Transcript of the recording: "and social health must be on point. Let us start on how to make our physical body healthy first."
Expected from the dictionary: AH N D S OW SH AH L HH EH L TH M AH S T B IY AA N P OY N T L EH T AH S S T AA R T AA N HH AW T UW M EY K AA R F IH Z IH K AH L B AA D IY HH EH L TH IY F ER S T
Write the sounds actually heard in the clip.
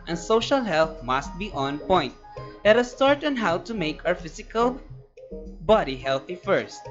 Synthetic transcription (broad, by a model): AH N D S OW SH AH L HH EH L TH M AH S T B IY AA N P OY N T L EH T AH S S T AA R T AA N HH AW T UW M EY K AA W F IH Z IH K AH L B AA D IY HH EH L TH IY F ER S T